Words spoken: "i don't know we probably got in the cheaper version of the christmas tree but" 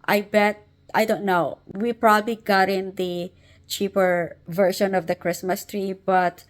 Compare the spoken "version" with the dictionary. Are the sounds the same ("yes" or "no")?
no